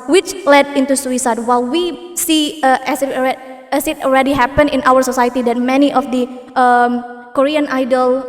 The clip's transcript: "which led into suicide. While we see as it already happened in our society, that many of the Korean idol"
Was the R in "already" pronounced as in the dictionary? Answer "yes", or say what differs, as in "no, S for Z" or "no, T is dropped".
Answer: no, L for R